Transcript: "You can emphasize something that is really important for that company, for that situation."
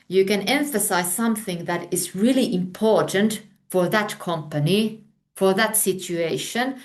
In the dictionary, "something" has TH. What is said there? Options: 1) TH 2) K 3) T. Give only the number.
1